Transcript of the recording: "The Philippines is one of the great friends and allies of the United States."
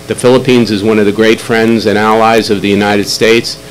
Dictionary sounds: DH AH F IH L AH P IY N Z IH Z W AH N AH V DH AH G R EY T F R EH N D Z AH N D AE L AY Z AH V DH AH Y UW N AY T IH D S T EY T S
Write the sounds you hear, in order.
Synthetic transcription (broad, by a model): DH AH F IH L AH P IY N Z IH Z W AH N AH V DH AH G R EY T F R EH N D Z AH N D AE L AY Z AH V DH AH Y UW N AY T IH D S T EY T S